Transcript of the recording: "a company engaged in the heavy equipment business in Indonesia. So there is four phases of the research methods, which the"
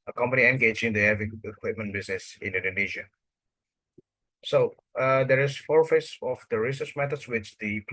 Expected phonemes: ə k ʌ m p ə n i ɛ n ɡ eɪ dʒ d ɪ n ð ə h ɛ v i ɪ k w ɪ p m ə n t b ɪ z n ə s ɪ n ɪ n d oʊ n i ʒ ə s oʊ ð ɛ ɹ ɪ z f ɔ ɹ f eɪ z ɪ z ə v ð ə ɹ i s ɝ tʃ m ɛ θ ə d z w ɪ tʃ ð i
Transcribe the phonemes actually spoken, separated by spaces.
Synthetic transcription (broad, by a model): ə k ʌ m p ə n i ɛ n ɡ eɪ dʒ ɪ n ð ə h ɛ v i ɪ k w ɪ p m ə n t b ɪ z n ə s ɪ n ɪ n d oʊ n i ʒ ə s oʊ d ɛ ɹ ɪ s f ɔ ɹ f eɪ s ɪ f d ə ɹ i s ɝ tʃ m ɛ t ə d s w ɪ tʃ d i